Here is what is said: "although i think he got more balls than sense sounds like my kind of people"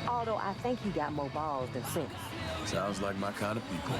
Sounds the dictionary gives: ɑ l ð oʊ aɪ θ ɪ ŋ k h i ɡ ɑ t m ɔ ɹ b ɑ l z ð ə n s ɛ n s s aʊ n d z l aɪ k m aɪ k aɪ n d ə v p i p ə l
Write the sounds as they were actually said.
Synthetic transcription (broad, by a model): ɑ l ð oʊ aɪ θ ɪ ŋ k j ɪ ɡ ɑ t m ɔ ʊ b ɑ l z ð ə n s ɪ n s s aʊ n d z l aɪ k m aɪ k aɪ n d ə v p i p l